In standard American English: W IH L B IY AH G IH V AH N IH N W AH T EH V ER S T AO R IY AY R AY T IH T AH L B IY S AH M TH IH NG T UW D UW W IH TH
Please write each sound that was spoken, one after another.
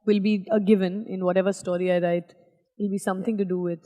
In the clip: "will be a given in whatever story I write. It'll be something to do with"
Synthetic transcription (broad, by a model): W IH L B IY AH G IH V AH N IH N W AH T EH V ER S T AO R IY AY R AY IH T AH L B IY S AH M T IH NG T UW D UW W IH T